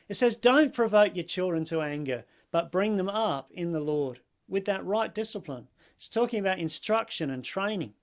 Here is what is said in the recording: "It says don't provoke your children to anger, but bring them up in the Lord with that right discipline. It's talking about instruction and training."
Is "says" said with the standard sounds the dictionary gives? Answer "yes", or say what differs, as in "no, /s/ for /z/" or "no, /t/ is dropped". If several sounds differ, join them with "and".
yes